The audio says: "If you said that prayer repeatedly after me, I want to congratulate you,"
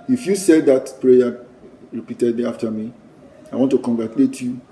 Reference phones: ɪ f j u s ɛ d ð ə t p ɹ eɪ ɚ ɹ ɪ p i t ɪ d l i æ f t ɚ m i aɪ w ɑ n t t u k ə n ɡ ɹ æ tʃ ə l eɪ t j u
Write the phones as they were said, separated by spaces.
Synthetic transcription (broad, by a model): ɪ f j u s ɛ d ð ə t p ɹ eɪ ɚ ɹ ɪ p i t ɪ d i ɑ f t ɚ m i aɪ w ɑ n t t u k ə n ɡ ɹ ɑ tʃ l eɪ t j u